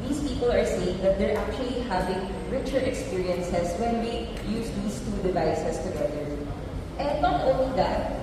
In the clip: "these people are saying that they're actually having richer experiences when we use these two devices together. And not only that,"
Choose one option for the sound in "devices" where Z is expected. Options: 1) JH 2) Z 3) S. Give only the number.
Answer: 3